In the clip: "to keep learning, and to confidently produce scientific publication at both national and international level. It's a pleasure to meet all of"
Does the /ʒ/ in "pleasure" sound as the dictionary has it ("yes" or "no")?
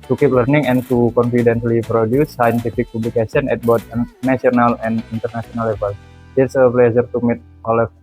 no